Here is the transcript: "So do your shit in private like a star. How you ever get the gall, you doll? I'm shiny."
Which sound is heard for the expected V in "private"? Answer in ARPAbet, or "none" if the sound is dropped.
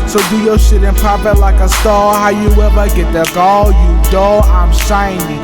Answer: P